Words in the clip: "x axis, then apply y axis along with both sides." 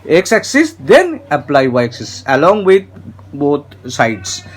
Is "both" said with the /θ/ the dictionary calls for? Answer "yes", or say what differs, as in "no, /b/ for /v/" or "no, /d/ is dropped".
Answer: no, /t/ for /θ/